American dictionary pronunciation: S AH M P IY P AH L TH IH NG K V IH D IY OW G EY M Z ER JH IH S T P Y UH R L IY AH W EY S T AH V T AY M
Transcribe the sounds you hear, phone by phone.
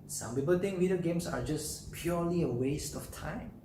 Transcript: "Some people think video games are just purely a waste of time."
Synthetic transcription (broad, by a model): S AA M P IY P AH L T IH NG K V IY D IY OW G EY M S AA JH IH S P Y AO L IY AH W EY S T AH F T AY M